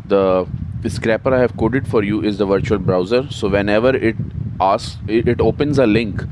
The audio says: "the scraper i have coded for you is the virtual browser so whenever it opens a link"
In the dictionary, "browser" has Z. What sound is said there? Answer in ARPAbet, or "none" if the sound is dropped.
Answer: Z